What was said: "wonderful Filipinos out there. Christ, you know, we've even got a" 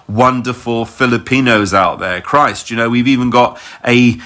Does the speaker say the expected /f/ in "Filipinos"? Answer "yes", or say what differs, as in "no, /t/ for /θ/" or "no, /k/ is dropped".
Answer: yes